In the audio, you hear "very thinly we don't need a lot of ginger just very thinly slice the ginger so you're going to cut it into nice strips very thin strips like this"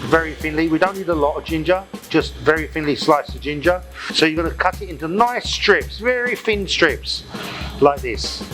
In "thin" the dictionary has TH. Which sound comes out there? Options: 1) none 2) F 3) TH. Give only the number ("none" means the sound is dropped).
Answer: 2